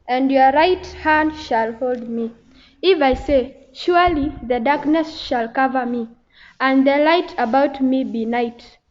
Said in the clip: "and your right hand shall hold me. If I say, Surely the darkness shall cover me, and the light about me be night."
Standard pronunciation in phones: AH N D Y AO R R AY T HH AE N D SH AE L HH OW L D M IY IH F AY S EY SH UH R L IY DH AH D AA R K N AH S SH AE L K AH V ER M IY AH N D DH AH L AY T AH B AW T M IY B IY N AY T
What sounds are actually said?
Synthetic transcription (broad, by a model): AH N D Y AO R R AY T HH AE N D SH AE L HH OW L D M IY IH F AY S EY SH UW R L IY DH AH D AA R K N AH S SH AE L K AH V ER M IY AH N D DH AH L AY T AH B AW T M IY B IY N AY T